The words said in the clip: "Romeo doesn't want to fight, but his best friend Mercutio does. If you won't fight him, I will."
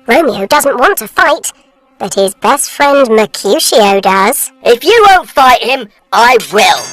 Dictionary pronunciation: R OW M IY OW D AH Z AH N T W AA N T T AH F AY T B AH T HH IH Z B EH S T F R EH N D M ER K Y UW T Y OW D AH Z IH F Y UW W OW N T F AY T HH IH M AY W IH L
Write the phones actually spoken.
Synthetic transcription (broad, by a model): R OW M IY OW D AH Z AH N T W AA N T T AH F AY T B AH T HH IH Z B EH S T F R EH N D M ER K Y UW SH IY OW D AH Z IH F Y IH W OW N T F AY T HH IH M AY W IH L